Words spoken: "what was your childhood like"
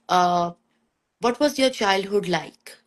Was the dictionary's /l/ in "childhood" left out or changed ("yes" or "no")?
no